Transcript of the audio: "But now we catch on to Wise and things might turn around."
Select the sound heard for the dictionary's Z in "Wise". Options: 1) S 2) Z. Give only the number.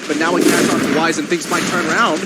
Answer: 2